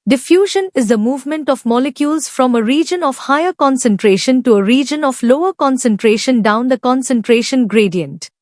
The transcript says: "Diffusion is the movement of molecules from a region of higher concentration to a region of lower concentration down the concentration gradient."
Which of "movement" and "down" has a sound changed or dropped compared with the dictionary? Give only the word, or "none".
none